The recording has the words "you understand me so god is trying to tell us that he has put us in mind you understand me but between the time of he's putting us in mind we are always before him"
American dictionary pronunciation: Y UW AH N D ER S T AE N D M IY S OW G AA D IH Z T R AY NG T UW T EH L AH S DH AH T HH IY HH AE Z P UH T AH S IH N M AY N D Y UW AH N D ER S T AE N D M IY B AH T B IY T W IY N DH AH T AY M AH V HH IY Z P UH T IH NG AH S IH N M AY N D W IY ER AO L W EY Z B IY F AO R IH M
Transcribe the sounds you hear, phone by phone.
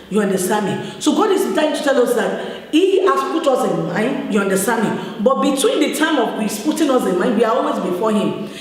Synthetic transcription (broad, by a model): Y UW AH N D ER S T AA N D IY S OW G AA D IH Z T AY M T UW T EH L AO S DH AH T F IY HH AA S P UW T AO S IH N M AY N D Y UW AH N D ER S T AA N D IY B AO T B IY T W IY N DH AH T AY M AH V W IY S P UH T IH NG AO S IH N M AY N D W IY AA AO L W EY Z B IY F AO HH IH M